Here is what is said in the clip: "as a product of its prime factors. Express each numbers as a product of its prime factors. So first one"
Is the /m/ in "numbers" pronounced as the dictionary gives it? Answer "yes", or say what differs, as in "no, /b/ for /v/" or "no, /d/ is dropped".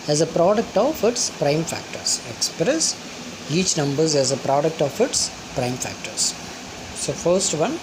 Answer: yes